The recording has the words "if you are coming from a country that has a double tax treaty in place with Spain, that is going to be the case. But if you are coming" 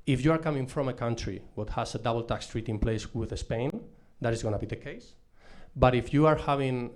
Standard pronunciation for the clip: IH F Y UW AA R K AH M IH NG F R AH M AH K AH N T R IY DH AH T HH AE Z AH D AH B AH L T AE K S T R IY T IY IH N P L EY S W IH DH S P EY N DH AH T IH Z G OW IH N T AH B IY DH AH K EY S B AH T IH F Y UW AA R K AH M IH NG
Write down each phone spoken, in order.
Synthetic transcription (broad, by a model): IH F Y UW AA R K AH M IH NG F R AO M AH K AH N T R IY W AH T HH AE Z AH D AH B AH L T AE K S T R IY T IY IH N P L EY S W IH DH S P EY N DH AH T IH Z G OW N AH B IY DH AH K EY S B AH T IH F Y UW AA R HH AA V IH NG